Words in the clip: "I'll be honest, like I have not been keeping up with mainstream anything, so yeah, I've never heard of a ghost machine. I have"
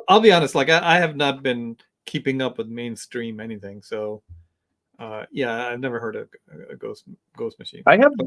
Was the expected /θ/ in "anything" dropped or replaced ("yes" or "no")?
no